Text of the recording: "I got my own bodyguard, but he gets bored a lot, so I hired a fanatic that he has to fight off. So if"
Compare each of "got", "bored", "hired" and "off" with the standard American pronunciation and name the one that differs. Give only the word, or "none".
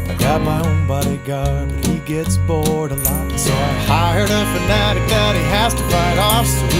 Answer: none